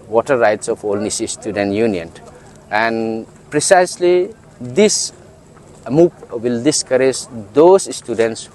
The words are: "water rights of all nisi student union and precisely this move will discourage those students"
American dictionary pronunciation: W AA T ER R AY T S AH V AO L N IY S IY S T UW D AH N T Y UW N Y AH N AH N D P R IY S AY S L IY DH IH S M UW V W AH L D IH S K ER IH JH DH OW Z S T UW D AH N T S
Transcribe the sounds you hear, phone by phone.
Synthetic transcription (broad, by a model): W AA T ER R AY T S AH F AO L N IY S IY S T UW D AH N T Y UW N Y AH N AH N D P R IY S AY S L IY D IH S M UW P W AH L D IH S K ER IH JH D OW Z S T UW D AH N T S